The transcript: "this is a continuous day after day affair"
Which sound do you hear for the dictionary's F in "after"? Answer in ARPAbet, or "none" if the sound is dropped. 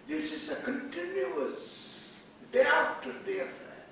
none